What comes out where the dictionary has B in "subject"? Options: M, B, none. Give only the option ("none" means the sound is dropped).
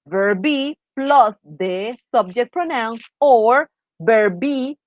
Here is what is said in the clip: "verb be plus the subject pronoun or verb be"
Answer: B